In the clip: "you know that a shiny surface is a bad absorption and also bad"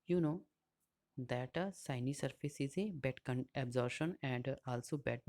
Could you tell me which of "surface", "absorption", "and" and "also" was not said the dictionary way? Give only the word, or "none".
absorption